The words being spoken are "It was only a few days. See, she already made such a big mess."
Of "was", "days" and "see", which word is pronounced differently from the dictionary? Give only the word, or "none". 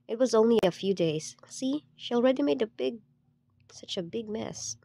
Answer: none